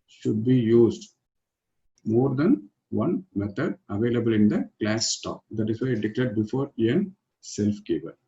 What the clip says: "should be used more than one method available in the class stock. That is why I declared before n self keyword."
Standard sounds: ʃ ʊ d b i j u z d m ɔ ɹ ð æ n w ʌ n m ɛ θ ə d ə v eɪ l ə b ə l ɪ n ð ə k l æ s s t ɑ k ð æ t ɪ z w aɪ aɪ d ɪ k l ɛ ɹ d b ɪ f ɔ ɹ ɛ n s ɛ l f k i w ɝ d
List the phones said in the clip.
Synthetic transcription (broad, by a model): ʃ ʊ d b i j u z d m ɔ ɹ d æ n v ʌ n m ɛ t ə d ə v eɪ l ə b ə l ɪ n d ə k l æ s s t ɑ k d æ t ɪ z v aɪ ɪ d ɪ k l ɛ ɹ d b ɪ f ɔ ɹ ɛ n s ɛ l f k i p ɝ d